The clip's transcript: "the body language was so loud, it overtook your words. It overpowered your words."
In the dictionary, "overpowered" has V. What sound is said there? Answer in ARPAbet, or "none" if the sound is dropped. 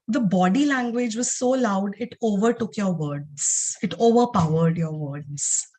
V